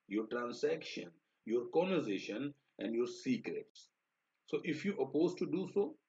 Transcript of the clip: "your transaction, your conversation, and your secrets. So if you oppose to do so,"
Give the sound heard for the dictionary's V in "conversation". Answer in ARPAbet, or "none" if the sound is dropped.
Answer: none